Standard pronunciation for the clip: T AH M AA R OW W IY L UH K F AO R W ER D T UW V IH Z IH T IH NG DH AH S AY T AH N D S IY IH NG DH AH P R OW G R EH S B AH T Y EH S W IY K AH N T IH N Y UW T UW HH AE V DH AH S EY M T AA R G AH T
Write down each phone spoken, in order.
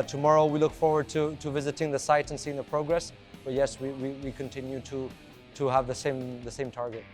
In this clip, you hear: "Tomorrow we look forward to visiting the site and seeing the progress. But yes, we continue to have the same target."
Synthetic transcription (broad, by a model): T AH M AA R OW W IY L UH K F AO R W ER D T UW V IH Z IH T IH NG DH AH S AY T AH N S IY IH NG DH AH P R OW G R EH S B AH T Y EH S W IY K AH N T IH N Y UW T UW HH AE V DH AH S EY M T AA R G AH T